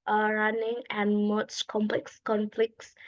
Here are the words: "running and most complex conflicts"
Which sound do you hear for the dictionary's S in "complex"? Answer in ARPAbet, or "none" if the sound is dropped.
S